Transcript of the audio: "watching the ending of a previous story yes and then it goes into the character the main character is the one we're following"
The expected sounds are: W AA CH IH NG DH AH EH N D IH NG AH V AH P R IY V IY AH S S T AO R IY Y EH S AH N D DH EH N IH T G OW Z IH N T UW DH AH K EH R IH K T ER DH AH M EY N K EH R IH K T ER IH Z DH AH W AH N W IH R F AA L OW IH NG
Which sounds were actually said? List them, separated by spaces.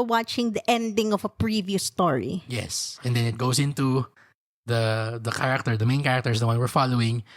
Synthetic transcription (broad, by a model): W AA CH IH NG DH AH EH N D IH NG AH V AH P R IY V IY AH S S T AO R IY Y EH S AH N D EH N IH T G OW S IH N T UW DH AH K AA R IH K T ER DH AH M EY N K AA R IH K T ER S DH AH W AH N W IH R F AA L OW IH NG